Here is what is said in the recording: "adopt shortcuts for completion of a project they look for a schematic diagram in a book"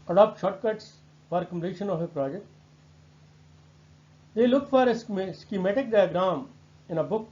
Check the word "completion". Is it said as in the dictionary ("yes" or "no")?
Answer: no